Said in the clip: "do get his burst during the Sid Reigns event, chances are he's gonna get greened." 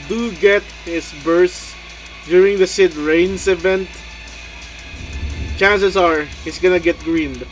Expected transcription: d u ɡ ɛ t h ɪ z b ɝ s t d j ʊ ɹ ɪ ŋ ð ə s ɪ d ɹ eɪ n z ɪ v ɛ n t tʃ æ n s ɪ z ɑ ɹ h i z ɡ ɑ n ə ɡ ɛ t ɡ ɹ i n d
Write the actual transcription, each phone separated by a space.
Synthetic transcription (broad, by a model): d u ɡ ɛ t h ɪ s b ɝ s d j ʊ ɹ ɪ ŋ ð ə s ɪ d ɹ eɪ n s ɪ v ɛ n t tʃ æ n s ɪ s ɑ ɹ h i s ɡ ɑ n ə ɡ ɛ t ɡ ɹ i n d